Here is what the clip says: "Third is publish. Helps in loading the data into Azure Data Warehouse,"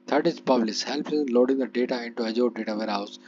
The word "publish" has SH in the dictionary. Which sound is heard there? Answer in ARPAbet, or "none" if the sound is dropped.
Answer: S